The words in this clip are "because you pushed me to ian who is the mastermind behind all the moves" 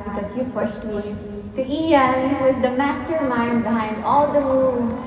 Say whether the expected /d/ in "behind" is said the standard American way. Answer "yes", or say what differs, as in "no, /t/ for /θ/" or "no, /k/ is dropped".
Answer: yes